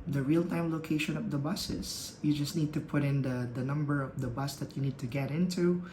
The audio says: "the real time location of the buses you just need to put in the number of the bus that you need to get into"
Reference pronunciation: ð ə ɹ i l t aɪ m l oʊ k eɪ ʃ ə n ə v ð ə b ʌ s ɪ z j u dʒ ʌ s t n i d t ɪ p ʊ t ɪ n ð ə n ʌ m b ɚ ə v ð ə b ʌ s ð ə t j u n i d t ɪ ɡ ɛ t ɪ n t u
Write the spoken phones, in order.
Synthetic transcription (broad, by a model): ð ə ɹ i l t aɪ m l oʊ k eɪ ʃ ə n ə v ð ə b ʌ s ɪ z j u dʒ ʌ s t n i d t ɪ p ʊ t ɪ n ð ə n ʌ m b ɚ ə v ð ə b ʌ s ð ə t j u n i d t ɪ ɡ ɛ t ɪ n t u